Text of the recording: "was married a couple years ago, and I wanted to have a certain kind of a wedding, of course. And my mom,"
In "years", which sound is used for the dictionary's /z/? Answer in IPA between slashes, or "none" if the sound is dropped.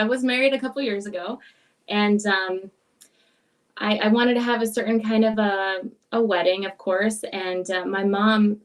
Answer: /z/